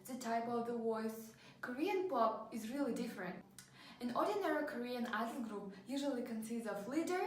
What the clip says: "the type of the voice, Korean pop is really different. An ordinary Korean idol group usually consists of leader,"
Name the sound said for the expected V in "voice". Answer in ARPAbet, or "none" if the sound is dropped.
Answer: W